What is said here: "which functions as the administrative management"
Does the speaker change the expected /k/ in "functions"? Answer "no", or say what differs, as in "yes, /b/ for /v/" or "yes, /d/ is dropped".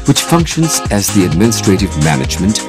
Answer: no